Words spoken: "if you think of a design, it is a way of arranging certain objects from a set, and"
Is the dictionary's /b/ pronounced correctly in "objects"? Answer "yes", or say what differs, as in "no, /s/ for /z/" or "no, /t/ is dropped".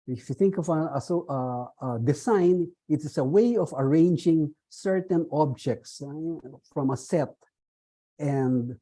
yes